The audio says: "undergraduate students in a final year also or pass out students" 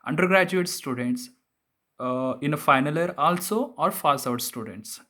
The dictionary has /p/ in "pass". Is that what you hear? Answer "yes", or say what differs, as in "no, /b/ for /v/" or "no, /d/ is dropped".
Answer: no, /f/ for /p/